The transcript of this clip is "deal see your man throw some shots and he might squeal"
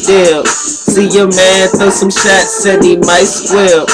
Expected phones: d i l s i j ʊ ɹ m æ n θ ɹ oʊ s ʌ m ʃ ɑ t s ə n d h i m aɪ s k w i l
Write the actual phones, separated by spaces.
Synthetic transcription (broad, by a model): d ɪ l s i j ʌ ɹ m æ n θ oʊ s ʌ m ʃ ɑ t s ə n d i m aɪ s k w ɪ